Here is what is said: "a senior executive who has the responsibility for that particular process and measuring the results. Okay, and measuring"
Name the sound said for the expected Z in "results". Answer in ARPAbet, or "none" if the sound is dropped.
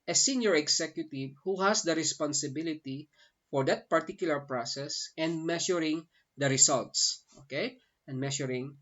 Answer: S